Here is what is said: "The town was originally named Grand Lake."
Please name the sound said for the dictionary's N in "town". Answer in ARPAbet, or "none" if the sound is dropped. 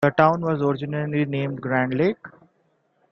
N